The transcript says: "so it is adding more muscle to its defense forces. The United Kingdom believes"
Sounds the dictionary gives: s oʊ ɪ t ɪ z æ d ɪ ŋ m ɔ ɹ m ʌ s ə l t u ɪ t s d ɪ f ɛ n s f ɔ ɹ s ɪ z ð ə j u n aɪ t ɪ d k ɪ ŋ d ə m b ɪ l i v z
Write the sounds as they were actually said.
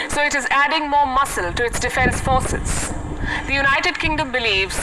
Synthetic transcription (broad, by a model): s oʊ ɪ t ɪ z æ d ɪ ŋ m ɔ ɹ m ʌ s ə l t u ɪ t s d ɪ f ɛ n s f ɔ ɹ s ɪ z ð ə j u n aɪ t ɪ d k ɪ ŋ d ə m b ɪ l i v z